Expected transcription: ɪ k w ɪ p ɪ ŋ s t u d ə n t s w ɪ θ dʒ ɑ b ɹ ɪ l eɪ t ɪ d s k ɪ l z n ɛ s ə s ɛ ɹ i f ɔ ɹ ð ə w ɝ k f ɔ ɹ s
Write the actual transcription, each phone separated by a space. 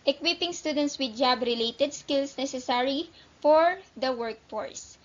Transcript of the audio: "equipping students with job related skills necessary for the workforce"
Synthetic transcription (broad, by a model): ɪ k w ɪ p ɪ ŋ s t u d ə n t s w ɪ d dʒ ɑ b ɹ ɪ l eɪ t ɪ d s k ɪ l s n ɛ s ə s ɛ ɹ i f ɔ ɹ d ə w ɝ k f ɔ ɹ s